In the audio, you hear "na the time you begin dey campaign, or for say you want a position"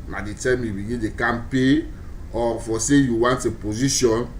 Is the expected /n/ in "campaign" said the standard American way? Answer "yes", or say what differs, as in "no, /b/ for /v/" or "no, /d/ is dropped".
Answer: no, /n/ is dropped